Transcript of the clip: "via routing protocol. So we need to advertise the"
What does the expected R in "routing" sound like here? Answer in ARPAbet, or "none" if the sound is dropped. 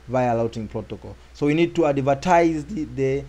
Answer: L